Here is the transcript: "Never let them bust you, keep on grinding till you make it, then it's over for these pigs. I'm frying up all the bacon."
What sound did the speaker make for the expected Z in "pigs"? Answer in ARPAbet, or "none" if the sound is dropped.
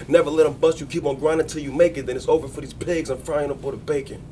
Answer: Z